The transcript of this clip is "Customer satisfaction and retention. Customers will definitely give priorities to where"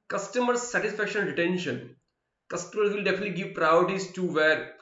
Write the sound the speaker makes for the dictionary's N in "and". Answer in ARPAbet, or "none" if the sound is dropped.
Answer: L